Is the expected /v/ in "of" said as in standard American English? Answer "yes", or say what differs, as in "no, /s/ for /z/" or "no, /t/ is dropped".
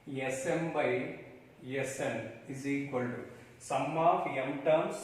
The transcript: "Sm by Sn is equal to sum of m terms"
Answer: no, /p/ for /v/